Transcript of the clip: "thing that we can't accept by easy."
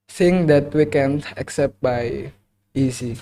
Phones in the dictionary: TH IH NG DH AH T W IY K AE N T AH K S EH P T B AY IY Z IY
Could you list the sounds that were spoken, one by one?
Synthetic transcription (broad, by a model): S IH NG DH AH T W IY K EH N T AH K S EH P T B AY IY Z IY